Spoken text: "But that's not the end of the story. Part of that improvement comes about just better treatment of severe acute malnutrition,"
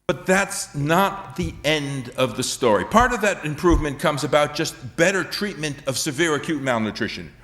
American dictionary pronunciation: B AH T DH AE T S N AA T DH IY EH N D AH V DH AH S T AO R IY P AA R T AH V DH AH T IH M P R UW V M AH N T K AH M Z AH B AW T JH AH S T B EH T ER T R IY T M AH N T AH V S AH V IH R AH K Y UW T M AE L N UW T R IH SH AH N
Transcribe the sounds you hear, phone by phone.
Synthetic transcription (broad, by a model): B AH T DH AE T S N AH T DH IY EH N D AH V DH AH S T AO R IY P AA R T AH V DH AH T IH M P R UW V M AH N K AH M Z AH B AW T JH AH S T B EH T ER T R IY T M AH N T AH V S AH V IH R AH K Y UW T M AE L N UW T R IH SH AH N